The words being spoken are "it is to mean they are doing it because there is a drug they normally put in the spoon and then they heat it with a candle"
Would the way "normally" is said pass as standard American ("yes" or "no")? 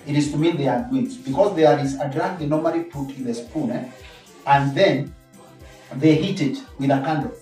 yes